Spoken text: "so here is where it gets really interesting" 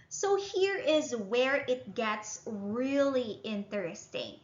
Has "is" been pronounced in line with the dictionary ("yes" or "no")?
yes